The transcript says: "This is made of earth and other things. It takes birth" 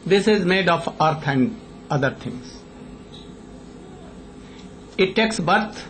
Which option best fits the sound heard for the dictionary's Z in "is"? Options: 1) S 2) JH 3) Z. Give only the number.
3